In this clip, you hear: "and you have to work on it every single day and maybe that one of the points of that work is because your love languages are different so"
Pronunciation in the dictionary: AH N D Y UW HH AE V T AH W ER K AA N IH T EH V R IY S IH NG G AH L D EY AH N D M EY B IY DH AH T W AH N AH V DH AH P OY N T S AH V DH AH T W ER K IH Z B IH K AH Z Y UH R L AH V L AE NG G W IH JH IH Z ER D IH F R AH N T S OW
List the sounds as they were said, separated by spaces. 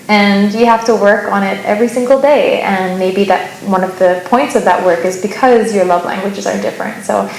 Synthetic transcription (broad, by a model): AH N Y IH HH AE F T AH W ER K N IH T EH V R IY S IH NG G L D EY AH N M EY B IY DH AH T W AH N AH V DH AH P OY N T S AH V DH AH T W ER K IH Z B IH K AH Z Y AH R L AH V L AE NG G W IH JH IH Z ER D IH F R AH N T S OW